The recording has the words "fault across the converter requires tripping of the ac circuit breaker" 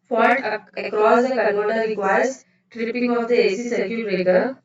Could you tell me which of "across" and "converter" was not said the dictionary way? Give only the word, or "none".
converter